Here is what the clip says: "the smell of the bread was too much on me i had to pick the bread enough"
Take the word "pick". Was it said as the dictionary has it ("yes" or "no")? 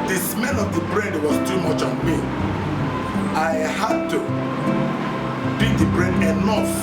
no